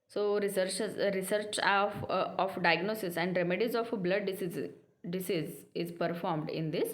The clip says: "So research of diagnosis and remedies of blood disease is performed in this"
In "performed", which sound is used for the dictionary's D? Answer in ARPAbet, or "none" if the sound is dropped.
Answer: D